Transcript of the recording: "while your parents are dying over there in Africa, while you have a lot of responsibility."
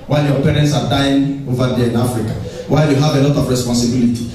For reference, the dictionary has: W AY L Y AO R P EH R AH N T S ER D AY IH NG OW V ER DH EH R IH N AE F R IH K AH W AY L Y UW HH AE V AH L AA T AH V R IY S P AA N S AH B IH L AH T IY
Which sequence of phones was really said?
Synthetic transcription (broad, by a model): W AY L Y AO P EH R AH N T S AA D AY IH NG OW V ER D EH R IH N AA F R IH K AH W AY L Y UW HH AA V AH L AA T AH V R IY S P AA N S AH B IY L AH T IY